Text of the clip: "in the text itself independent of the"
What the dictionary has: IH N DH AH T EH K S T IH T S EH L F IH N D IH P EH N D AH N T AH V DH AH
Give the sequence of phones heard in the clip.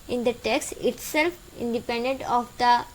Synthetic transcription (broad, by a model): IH N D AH T EH K S T IH T S EH L F IH N D IH P EH N D AH N T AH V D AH